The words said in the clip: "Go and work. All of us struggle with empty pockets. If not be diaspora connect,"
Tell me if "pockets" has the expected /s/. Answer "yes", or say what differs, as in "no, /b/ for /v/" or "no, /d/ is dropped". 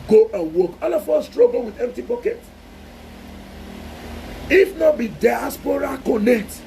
no, /s/ is dropped